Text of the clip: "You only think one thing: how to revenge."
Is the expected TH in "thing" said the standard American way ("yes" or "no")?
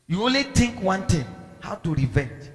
no